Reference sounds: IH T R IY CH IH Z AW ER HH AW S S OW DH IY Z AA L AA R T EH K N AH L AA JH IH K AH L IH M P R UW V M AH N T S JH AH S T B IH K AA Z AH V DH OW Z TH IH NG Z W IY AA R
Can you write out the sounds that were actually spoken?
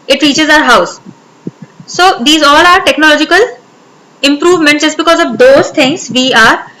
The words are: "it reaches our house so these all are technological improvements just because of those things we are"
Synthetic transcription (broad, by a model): IH T R IY CH IH Z AW ER HH AW S S OW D IY Z AA L AA R T EH K N AH L AA JH IH K AH L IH M P R UW V M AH N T JH AH S T B IH K AA Z AH V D OW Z T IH NG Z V IY AA R